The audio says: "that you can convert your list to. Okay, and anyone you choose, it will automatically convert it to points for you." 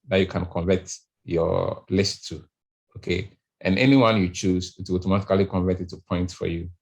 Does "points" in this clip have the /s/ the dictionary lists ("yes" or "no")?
no